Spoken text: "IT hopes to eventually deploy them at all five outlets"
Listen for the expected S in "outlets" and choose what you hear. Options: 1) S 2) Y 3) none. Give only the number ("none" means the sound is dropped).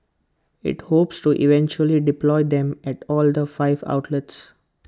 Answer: 1